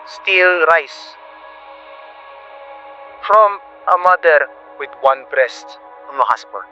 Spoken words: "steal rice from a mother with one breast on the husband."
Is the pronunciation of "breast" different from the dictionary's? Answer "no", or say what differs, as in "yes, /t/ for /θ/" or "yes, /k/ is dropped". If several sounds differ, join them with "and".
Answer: no